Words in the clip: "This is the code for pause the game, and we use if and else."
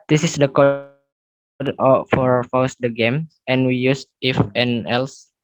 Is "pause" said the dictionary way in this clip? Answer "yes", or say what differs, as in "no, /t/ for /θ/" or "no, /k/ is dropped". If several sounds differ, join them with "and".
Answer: no, /f/ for /p/